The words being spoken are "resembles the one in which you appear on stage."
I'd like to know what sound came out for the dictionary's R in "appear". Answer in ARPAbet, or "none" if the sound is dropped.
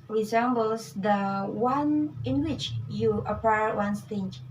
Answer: W